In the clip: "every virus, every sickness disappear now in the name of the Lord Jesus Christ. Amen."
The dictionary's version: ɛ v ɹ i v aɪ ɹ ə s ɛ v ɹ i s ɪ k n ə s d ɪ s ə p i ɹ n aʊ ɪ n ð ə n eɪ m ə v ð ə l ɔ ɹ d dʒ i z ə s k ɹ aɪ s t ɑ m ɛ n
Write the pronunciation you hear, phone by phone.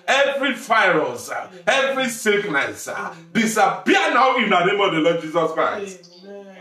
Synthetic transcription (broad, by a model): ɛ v ɹ i f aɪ ɹ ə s ɛ v ɹ i s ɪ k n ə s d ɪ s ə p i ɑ n aʊ ɪ n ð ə n eɪ m ə v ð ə l ɔ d dʒ i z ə s k ɹ aɪ s t